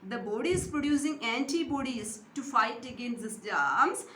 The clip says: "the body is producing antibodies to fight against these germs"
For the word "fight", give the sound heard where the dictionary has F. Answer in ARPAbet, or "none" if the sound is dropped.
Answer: F